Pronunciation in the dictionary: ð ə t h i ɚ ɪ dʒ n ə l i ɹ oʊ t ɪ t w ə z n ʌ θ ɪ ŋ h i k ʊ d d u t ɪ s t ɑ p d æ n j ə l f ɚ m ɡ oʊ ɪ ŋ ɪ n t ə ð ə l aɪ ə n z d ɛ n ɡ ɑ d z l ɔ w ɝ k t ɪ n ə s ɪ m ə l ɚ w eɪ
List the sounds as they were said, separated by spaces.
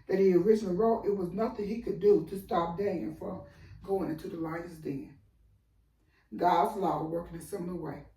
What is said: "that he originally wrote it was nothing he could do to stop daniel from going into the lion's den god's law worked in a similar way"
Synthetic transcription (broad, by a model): ð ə t h i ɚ ɪ dʒ n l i ɹ oʊ t ɪ t w ə z n ʌ θ ɪ ŋ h i k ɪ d d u t ɪ s t ɑ p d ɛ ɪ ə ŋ f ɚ ɡ oʊ ɪ ŋ ɪ n t ə ð ə l aɪ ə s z d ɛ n ɡ ɑ d z l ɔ w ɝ k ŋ ɪ n s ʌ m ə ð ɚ w eɪ